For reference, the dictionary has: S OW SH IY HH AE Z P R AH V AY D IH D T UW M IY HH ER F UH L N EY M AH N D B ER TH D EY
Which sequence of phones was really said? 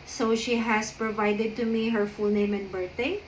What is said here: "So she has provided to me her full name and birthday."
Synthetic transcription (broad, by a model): S OW SH IY HH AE S P R AH V AY D IH D T UW M IY HH ER F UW L N EY M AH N B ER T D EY